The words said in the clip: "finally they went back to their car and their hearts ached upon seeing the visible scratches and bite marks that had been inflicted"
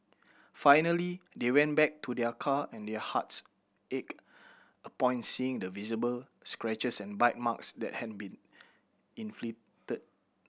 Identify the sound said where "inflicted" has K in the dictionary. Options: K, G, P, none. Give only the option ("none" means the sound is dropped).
none